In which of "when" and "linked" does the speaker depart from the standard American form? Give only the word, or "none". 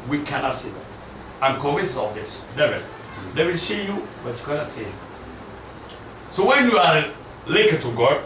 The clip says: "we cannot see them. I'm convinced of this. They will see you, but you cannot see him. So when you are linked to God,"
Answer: linked